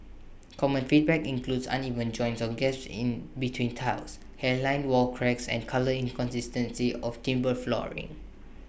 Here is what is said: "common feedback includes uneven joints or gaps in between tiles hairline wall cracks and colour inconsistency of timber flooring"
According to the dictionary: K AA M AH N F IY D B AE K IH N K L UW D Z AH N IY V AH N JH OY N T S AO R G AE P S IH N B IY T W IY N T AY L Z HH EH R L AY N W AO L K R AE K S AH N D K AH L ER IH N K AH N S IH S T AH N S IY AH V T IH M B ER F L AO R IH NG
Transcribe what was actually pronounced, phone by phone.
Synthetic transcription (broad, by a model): K AA M AH N F IY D B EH K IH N K L UW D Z AH N IY V AH N JH OY N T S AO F G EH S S IH N B IY T W IY N T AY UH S HH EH L AY N W AO L K R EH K S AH N K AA L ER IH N K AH N S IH S T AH N S IY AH F T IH M B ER F L AO R IH NG